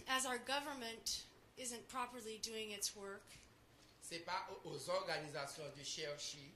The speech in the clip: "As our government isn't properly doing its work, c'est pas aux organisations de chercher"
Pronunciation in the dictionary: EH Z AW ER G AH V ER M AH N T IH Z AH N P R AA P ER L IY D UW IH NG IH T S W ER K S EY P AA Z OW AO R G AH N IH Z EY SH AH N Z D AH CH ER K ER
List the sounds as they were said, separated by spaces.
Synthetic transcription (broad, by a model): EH Z AW ER G AH V ER M AH N T IH Z AH N P R AA P ER L IY D UW IH NG IH T S W ER K S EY P AA Z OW AO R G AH N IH Z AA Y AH D AH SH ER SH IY